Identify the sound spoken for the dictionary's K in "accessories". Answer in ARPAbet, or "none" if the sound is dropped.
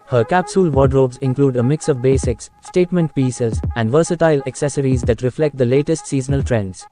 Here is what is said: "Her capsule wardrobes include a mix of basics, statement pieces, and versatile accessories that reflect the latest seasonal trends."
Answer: K